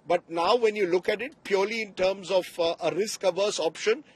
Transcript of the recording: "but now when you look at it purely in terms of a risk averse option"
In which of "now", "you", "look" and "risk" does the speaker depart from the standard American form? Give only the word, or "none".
none